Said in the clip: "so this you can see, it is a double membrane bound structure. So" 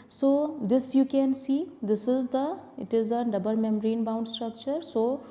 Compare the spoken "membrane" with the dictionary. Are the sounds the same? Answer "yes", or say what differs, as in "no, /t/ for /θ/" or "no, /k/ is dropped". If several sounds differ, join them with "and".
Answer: no, /b/ is dropped